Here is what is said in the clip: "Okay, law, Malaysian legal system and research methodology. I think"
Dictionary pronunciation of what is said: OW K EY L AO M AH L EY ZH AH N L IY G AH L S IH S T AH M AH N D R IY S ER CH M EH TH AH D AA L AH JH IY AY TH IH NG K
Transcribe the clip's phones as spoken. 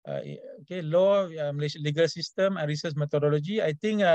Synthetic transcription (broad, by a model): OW K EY L AO M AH L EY SH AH L IY G AH L S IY S T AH M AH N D R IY S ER S M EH T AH D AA L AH JH IY AY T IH NG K